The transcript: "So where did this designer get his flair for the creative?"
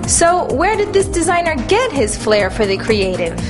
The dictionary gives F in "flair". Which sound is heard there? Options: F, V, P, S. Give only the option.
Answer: F